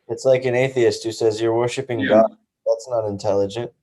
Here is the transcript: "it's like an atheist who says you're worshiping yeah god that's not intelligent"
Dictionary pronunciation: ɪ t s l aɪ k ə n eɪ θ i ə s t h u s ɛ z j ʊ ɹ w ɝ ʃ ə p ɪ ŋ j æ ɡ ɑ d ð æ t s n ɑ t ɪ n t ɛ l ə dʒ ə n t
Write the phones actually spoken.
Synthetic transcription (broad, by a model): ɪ t s l aɪ k ə n eɪ θ i ə s t h u s ɛ z j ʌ ɹ w ɝ ʃ ə p ɪ ŋ ɡ ɑ d ð æ t s n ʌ t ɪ n t ɛ l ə dʒ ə n t